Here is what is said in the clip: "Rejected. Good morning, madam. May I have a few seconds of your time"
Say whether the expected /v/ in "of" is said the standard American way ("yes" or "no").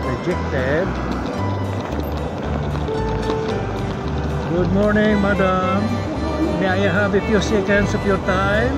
no